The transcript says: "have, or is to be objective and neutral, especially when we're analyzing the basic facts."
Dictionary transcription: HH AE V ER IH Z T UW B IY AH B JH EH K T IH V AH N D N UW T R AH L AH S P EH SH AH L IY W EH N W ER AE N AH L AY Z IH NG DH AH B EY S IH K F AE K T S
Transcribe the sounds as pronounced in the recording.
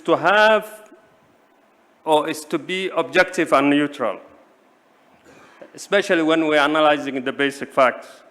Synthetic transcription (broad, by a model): HH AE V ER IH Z T UW B IY AH B JH EH K T IH V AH N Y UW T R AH L AH S P EH SH AH L IY W EH N W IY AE N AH L AY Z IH NG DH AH B EY S IH K F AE K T S